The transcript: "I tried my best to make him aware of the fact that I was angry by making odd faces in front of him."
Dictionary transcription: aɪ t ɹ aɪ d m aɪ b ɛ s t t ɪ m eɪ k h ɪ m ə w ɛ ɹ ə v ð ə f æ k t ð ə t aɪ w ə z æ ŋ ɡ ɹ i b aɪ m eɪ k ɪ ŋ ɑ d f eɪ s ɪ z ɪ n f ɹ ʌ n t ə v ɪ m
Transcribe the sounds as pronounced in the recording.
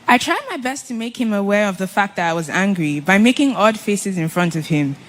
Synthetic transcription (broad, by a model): aɪ t ɹ aɪ d m aɪ b ɛ s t t ɪ m eɪ k h ɪ m ə w ɛ ɹ ə v ð ə f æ k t ð ə t aɪ w ə z æ ŋ ɡ ɹ i b aɪ m eɪ k ɪ ŋ ɑ d f eɪ s ɪ z ɪ n f ɹ ʌ n t ə v ɪ m